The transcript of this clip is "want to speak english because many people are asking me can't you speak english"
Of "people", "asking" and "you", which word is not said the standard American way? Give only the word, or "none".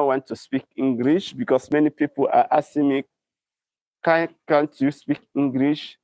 asking